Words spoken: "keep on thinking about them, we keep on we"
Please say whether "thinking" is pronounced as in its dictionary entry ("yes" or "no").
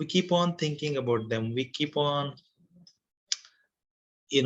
no